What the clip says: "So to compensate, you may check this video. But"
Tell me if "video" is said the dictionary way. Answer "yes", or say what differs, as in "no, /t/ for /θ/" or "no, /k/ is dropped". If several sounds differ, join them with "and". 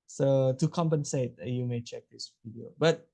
no, /p/ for /v/